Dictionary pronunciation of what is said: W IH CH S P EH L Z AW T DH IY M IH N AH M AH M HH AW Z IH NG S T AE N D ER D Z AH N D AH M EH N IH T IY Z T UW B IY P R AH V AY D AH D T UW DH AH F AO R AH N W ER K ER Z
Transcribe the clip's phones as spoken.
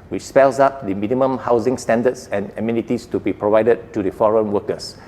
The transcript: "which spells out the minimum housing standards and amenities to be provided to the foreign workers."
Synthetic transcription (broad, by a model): W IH CH S P EH L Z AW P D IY M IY N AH M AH M HH AW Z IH NG S T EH N D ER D S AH N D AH M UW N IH T IY S T UW B IY P R AH V AY D AH D T UW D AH F AO R AH N W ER K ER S